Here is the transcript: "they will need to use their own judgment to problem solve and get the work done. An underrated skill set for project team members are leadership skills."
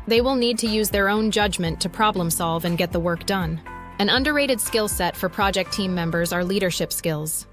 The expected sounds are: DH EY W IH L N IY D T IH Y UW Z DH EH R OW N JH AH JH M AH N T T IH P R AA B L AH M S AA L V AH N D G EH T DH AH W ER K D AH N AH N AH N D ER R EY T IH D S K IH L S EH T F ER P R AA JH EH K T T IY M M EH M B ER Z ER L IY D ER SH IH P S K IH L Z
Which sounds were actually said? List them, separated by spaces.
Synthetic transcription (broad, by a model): DH EY W IH L N IY D T IH Y UW Z DH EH R OW N JH AH JH M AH N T T IH P R AA B L AH M S AA L V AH N G EH T DH AH W ER K D AH N AH N AH N D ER R EY T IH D S K IH L S EH T F ER P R AA JH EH K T T IY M M EH M B ER Z ER L IY D ER SH IH P S K IH L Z